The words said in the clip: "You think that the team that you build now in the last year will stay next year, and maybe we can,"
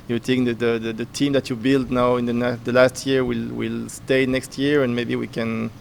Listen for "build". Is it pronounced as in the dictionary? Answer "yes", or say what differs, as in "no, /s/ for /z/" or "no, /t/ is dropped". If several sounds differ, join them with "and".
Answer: yes